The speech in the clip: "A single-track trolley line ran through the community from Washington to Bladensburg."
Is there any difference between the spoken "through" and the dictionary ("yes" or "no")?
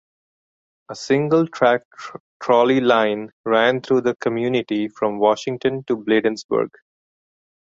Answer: yes